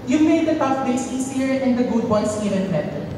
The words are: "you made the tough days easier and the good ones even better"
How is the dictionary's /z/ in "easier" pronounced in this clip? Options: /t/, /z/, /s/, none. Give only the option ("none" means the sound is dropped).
/s/